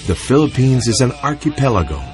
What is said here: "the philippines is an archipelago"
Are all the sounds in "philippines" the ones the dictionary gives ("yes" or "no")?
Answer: yes